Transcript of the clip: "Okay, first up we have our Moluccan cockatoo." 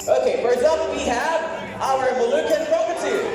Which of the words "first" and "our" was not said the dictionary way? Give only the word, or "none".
first